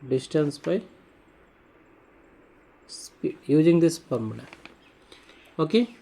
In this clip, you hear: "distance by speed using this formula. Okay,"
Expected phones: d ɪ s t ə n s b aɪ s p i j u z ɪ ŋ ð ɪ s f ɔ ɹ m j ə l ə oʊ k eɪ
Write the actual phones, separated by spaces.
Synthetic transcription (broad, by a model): d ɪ s t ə n s b aɪ s p i j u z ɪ ŋ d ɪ s p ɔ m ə n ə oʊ k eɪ